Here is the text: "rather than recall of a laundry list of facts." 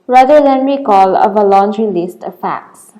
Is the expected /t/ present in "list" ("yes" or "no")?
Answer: yes